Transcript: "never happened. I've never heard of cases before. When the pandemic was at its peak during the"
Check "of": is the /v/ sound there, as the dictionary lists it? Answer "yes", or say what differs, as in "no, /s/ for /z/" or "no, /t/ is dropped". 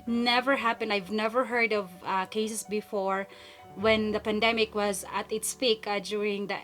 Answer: yes